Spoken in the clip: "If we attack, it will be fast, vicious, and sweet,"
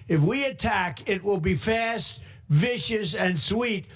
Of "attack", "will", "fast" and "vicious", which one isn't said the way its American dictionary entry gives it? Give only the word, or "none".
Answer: none